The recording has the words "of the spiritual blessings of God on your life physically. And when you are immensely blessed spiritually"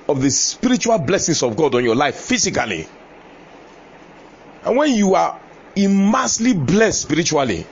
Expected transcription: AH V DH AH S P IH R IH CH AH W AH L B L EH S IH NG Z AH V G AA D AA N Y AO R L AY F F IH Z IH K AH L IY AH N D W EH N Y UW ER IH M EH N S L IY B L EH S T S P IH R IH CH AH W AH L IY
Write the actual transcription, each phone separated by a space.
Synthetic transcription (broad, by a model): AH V DH AH S P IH R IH CH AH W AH L B L EH S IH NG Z AH V G AA D AA N Y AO L AY F F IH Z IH K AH L IY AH N W EH N Y UW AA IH M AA S L IY B L EH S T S P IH R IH CH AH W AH L IY